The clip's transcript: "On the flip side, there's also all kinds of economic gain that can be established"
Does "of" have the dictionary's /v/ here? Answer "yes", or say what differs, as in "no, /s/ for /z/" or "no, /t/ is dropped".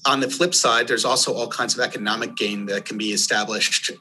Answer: yes